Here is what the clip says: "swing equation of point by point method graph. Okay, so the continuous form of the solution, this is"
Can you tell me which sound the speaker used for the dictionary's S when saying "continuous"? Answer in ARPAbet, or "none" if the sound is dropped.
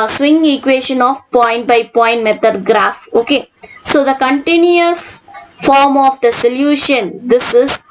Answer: S